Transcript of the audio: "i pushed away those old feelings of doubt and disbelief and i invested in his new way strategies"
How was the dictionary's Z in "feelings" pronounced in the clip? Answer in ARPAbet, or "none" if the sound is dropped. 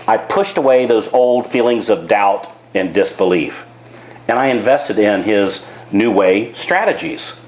Z